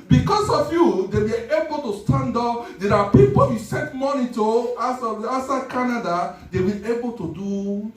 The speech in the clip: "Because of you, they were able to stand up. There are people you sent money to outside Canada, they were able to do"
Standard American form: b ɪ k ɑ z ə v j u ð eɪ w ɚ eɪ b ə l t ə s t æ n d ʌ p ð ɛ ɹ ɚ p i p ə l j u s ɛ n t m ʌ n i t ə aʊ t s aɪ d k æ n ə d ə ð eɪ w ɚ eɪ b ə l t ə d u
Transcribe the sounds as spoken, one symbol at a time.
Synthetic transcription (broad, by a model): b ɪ k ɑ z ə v j u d eɪ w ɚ eɪ b ə l t ə s t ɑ n d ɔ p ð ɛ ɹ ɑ p i p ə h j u s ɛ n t m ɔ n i t ə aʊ s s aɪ k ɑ n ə d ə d eɪ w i eɪ b ə l t ə d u